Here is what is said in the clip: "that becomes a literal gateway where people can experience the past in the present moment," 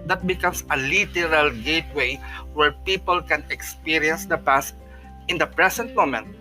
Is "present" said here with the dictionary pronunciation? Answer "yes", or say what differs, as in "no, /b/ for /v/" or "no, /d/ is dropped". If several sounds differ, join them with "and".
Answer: no, /s/ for /z/